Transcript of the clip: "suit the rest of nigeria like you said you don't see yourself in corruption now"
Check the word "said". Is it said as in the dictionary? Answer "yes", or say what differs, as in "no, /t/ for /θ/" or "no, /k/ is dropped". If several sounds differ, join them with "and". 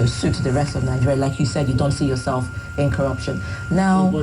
yes